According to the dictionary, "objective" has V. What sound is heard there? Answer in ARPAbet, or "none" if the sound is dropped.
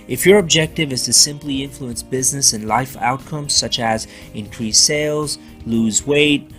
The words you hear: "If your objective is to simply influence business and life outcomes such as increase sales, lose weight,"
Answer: V